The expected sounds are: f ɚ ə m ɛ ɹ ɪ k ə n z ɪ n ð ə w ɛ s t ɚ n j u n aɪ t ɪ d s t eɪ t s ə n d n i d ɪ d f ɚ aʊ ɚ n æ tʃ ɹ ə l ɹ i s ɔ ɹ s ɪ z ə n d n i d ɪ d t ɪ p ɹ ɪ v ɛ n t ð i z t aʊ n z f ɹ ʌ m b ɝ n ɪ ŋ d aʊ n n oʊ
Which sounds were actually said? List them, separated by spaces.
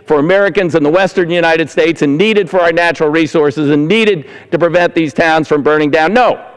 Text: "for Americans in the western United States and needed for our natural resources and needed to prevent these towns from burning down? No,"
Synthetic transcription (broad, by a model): f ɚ ə m ɛ ɹ ɪ k ə n z ɪ n ð ə w ɛ s t ɚ n j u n aɪ t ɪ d s t eɪ t s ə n n i d ɪ d f ɚ aʊ ɚ n æ tʃ ɹ l ɹ i s ɔ ɹ s ɪ z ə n n i d ɪ d t ɪ p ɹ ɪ v ɛ n ð i z t aʊ n z f ɹ ʌ m b ɝ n ɪ ŋ d aʊ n n oʊ